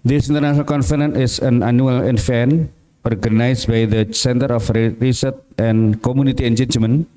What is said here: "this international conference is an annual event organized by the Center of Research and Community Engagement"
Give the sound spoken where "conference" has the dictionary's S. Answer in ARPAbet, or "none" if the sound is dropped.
none